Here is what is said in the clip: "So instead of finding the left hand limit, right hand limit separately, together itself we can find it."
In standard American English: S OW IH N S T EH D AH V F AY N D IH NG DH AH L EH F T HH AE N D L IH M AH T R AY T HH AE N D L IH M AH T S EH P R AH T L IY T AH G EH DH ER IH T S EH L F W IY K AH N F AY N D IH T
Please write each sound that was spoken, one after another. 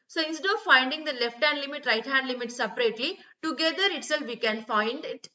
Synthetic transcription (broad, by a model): S OW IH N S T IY AH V F AY N D IH NG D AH L EH F T HH AE N D L IH M AH T R AY T HH AE N D L IH M AH T S EH P R AH T L IY T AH G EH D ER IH T S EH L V IY K AH N F AY N D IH T